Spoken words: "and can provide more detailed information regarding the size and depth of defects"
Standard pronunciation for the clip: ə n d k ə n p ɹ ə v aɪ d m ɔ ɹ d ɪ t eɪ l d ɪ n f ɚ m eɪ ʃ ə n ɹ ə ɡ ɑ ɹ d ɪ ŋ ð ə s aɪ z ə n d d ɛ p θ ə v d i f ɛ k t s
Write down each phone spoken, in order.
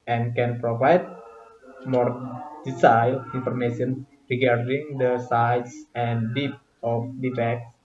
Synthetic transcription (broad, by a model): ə n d k ə n p ɹ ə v aɪ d m ɔ ɹ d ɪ s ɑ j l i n f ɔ m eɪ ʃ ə n ɹ ə ɡ ɑ ɹ d ɪ ŋ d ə s aɪ s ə n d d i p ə f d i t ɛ k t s